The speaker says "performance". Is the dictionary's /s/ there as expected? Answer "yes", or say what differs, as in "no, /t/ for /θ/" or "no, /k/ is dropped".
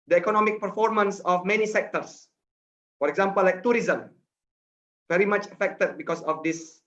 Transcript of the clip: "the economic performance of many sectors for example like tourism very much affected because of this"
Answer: yes